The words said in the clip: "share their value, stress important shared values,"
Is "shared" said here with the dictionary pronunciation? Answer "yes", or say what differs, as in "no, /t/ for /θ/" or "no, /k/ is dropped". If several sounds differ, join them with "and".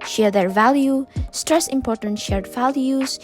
yes